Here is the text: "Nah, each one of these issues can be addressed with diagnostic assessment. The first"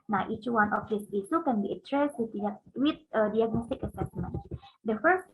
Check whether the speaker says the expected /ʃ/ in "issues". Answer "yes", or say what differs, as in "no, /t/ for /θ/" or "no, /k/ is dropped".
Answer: no, /s/ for /ʃ/